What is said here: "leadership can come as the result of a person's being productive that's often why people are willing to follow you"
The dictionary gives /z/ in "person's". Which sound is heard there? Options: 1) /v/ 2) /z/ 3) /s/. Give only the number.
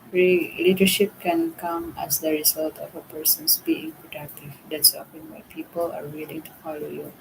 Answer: 3